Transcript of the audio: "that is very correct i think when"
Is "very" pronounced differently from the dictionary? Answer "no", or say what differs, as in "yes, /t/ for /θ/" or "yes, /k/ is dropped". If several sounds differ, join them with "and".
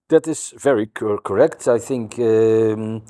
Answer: no